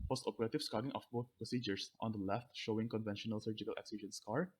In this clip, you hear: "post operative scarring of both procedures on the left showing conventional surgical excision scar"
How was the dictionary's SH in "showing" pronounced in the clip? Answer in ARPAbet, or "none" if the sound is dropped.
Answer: SH